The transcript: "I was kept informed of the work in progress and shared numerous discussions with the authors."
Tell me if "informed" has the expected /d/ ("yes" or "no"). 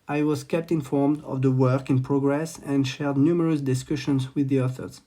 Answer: yes